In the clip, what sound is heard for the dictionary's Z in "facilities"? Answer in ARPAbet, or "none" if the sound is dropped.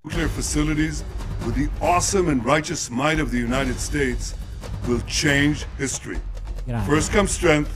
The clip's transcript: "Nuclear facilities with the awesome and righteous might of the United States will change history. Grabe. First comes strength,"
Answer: Z